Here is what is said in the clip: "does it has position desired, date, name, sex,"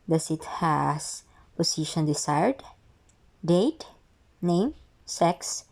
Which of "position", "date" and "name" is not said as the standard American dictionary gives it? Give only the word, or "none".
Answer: position